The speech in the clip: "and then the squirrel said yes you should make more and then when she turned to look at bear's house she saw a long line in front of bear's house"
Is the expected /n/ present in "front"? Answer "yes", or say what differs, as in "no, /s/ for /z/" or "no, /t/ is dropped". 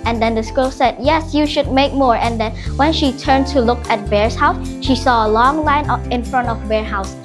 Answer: yes